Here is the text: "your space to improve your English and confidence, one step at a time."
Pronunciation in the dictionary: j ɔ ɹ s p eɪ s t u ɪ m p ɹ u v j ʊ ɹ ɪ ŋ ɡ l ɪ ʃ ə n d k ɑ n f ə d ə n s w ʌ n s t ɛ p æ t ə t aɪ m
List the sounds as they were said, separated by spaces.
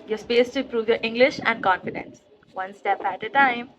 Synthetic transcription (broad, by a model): j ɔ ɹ s p eɪ s t u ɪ p ɹ u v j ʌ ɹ ɪ ŋ ɡ l ɪ ʃ ə n d k ɑ n f ə d ə n s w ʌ n s t ɛ p æ t ə t aɪ m